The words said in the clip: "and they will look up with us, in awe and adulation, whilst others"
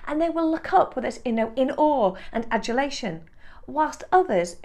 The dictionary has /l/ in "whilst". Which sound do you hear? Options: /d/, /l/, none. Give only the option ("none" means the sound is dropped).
/l/